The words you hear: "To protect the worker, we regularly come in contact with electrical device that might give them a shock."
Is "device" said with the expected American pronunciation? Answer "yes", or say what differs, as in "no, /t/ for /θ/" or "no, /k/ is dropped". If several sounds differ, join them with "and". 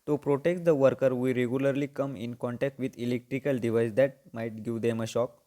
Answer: yes